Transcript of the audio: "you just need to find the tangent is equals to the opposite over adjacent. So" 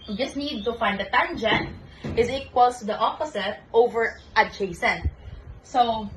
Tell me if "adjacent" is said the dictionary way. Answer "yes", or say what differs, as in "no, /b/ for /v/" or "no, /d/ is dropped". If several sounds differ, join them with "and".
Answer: no, /tʃ/ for /dʒ/